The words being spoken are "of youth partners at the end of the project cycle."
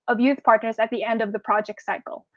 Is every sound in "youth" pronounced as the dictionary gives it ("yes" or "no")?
yes